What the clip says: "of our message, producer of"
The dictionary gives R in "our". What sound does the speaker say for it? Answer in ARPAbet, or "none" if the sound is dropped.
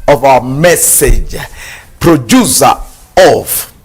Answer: W